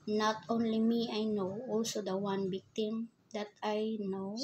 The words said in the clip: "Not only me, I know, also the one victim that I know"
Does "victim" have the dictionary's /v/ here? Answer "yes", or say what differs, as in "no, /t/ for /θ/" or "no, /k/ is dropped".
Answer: no, /b/ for /v/